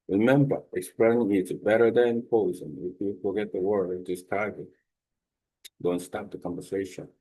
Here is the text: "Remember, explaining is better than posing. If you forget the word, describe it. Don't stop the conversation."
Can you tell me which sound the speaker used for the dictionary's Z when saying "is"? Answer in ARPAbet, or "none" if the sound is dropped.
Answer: S